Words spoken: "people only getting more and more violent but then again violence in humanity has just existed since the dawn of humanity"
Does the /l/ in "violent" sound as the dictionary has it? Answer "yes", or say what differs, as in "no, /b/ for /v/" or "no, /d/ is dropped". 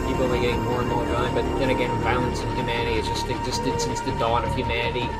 no, /l/ is dropped